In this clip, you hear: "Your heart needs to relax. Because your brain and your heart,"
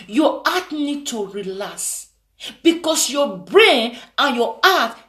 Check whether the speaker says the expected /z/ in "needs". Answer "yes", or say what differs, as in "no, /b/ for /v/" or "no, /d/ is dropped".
no, /z/ is dropped